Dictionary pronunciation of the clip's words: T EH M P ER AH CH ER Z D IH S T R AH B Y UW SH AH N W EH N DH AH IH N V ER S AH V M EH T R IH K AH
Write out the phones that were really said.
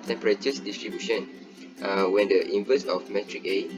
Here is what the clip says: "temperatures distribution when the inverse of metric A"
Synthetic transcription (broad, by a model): T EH M P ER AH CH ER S D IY S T R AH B Y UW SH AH N W EH N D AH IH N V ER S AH F M EH T R IH K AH